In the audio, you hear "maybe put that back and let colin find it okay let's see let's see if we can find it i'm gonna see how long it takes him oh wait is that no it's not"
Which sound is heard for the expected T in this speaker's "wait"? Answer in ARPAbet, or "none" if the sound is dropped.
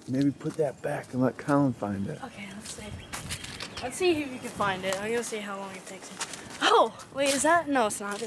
none